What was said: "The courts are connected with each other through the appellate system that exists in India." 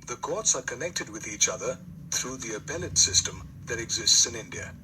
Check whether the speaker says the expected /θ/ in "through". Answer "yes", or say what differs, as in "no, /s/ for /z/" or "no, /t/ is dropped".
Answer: yes